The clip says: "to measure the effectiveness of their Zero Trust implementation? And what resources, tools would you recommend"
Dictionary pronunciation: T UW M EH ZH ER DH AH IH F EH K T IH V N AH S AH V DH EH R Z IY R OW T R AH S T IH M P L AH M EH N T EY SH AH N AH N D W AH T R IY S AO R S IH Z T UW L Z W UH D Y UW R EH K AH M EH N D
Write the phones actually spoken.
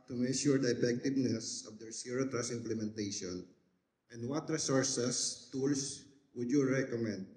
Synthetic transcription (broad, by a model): T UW M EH SH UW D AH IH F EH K T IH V N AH S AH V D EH R S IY R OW T R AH S IH M P L AH M EH N T EY SH AH N AH N D W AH T R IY S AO R S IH S T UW L S W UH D Y UW R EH K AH M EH N D